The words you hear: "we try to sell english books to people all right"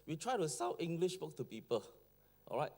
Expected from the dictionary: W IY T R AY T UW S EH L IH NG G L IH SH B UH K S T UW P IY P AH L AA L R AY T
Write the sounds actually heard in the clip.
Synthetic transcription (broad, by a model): W IY T R AY T UW S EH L IH NG G L IH SH B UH K T UW P IY P AH L AA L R AY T